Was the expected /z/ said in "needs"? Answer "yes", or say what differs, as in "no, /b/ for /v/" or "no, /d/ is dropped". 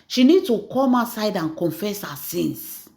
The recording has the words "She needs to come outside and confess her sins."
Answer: no, /z/ is dropped